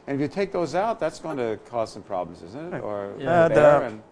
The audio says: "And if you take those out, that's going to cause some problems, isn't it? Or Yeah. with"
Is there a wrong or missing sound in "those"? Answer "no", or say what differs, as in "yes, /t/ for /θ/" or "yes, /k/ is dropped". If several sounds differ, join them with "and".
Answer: no